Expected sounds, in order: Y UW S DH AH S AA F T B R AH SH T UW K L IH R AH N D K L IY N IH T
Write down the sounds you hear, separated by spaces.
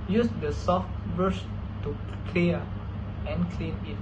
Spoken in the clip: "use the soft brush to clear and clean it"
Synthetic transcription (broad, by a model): Y UW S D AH S AA F T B AH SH T UW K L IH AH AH N K L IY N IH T